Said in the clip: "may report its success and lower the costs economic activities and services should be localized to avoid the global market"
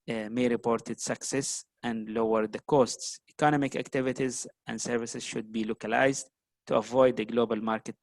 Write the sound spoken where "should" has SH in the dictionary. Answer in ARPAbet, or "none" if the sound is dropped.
SH